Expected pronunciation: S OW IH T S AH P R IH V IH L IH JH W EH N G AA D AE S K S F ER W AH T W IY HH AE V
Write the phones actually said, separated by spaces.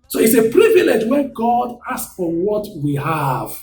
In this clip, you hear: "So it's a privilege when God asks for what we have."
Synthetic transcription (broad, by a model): S OW IH T S AH P R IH V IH L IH JH W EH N G AA D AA S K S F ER W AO T W IY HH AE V